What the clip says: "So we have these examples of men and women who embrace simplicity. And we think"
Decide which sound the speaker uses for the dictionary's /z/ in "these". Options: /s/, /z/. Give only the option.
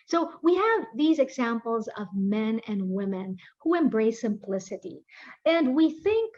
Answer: /z/